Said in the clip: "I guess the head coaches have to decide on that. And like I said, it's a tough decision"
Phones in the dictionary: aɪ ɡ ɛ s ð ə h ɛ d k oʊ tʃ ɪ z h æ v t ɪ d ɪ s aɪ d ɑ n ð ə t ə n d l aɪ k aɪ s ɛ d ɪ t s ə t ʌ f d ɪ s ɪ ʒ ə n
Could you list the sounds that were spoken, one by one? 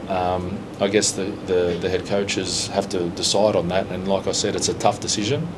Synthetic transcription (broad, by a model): aɪ ɡ ɛ s ð ə h ɛ d k oʊ tʃ ɪ z h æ f t ɪ d ɪ s aɪ d n ð ə t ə n l aɪ k aɪ s ɛ d ɪ t s ə t ʌ f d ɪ s ɪ ʒ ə n